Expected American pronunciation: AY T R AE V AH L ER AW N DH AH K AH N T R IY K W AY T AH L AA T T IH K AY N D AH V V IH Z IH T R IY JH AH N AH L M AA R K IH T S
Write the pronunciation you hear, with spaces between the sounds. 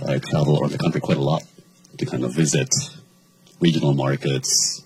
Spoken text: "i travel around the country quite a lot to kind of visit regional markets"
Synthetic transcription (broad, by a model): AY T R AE V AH L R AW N DH AH K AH N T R IY K W AY T AH L AA T T IH K AY N D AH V V IH Z IH T R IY JH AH N L M AA R K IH T S